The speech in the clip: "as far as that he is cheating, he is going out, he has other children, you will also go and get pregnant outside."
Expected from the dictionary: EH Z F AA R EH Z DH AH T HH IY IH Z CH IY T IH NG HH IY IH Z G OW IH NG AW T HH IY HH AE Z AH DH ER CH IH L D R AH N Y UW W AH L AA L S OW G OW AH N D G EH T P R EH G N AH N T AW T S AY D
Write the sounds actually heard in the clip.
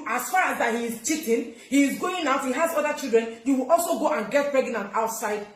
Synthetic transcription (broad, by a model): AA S F AA R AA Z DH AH T HH IY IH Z CH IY T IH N HH IY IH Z G OW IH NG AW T HH IY HH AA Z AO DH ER CH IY L D R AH N Y UW W AH L AA L S OW G OW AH N G EH T P R EH G N AH N T AW T S AY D